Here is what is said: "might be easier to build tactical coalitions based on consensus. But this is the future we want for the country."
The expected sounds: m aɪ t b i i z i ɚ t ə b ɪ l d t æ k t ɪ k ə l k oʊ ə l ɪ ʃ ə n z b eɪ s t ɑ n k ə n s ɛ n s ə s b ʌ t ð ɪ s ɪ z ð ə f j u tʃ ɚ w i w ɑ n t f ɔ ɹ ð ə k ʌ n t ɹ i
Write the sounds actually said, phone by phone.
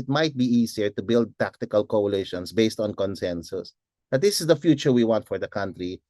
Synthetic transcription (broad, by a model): m aɪ t b i i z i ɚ t ə b ɪ l d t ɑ k t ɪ k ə l k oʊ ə l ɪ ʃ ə n s b eɪ s t ɑ n k ə n s ɛ n s ə s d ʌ t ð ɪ s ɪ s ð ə f j u tʃ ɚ w i w ɑ n t f ɔ ɹ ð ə k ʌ n t ɹ i